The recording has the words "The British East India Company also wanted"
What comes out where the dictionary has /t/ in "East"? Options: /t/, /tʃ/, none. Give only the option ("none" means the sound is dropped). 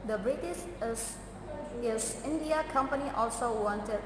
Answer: none